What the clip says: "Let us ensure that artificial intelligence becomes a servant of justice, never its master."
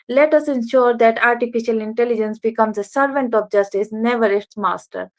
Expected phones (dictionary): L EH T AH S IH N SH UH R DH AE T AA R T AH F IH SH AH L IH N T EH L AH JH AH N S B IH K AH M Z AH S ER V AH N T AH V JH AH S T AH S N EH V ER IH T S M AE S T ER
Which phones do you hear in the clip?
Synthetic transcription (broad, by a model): L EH T AH S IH N SH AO R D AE T AA R T AH F IH SH AH L IH N T EH L AH JH AH N S B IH K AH M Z AH S ER V AH N T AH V JH AH S T AH S N EH V ER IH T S M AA S T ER